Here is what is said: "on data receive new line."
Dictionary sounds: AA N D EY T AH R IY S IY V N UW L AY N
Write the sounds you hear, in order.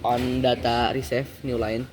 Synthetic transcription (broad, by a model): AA N D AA T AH R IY S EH F N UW L AY N